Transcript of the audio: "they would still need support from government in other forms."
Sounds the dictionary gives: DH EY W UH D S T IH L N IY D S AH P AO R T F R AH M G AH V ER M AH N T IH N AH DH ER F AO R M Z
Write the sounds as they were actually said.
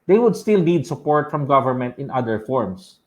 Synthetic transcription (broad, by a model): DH EY W UH D S T IH L N IY D S AH P AO R T F R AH M G AH V ER M AH N T IH N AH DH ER F AO R M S